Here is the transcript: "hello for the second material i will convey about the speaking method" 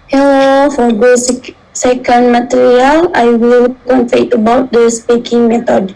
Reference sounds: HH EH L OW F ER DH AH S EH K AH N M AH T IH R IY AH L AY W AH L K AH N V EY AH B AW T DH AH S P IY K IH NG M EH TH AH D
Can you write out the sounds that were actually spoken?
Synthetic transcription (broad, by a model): HH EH L OW F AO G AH S EH K AH N M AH T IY R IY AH L AY W AH L K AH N F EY AH B AW T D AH S P IY K IH NG M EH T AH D